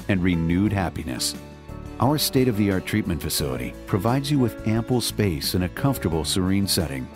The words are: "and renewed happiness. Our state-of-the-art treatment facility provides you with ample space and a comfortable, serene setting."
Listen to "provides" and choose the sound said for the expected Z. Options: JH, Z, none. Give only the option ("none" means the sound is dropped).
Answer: Z